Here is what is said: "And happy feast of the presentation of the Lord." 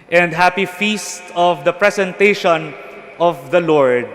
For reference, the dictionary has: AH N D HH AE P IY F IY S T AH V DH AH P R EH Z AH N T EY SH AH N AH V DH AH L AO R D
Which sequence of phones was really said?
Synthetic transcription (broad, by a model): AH N D HH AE P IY F IY S T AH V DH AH P R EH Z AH N T EY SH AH N AH V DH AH L AO R D